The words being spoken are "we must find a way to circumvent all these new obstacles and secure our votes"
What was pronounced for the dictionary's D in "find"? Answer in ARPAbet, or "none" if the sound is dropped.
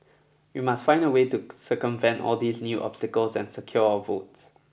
D